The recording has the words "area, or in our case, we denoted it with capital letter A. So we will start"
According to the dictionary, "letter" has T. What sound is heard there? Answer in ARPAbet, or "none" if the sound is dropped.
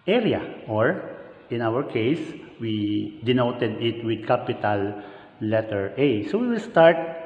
T